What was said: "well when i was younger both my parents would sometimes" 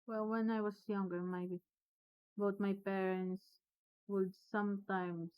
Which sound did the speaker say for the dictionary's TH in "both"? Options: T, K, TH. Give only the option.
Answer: T